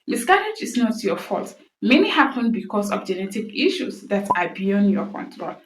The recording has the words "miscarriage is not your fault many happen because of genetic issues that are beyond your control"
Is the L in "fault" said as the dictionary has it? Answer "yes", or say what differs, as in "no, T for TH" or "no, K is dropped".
yes